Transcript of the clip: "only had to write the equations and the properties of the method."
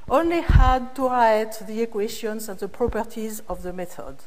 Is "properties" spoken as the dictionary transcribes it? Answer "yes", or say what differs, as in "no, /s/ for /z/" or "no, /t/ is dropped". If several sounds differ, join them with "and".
yes